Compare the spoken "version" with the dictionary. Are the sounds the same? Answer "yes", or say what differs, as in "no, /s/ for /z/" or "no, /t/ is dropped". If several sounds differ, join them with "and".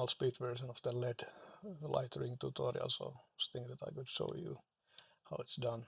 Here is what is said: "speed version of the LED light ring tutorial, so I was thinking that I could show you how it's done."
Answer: no, /s/ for /ʒ/